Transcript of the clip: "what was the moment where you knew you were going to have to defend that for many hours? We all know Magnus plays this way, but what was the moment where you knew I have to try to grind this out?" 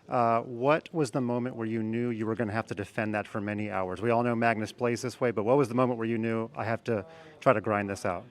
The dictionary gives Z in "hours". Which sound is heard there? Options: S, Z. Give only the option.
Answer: Z